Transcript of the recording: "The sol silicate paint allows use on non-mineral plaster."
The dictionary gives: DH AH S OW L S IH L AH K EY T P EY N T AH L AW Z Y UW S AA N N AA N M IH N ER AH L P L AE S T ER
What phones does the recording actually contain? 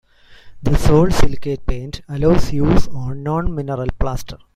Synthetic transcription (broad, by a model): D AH S OW L S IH L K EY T P EY N T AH L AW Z Y UW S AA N N AA N M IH N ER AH L P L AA S T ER